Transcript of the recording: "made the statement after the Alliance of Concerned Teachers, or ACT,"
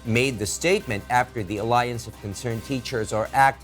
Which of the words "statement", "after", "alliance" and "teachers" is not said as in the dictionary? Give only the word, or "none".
none